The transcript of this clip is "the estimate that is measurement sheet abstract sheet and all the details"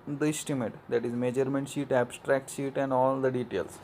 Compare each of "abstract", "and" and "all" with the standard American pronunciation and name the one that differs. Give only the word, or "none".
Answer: none